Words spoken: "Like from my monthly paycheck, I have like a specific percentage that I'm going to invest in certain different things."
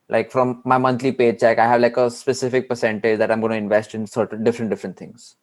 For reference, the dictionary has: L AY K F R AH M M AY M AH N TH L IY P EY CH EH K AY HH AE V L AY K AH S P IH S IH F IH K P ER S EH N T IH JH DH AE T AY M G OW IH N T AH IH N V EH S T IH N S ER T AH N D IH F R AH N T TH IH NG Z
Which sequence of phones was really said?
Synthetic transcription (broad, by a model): L AY K F R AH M M AY M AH N T L IY P EY CH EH K AY HH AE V L AY K AH S P IH S IH F IH K P ER S EH N T IH JH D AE T AY M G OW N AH IH N V EH S T IH N S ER T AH N D IH F R AH N T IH NG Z